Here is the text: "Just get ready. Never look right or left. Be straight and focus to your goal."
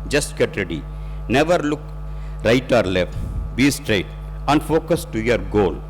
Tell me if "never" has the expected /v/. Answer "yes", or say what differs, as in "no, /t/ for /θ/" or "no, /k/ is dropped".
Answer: yes